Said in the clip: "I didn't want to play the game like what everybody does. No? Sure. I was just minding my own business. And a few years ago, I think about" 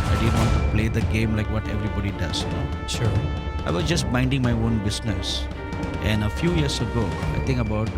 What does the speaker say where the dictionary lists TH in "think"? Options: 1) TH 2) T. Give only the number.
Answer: 2